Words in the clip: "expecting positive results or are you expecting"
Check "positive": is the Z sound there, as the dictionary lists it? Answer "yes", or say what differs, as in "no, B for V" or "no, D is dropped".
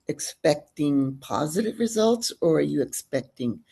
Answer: yes